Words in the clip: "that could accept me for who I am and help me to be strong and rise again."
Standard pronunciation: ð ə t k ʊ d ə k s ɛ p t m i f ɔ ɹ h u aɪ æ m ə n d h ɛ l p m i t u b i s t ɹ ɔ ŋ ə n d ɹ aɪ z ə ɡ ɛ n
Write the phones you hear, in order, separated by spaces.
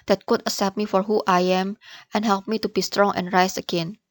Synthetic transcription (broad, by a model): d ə t k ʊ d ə s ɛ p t m i f ɔ ɹ h u aɪ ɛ m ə n h ɛ l p m i t u b i s t ɹ ɔ ŋ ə n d ɹ aɪ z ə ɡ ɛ n